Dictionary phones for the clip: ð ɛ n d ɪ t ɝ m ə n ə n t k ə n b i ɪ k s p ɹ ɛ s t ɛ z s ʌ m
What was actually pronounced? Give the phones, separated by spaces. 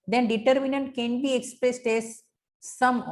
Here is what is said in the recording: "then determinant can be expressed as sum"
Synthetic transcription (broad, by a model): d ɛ n d ɪ t ɝ m ə n ə n t k ə n b i ɪ k s p ɹ ɛ s t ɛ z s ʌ m